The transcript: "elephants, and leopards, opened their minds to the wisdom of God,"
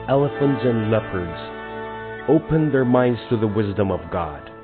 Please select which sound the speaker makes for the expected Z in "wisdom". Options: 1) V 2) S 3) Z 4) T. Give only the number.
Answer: 3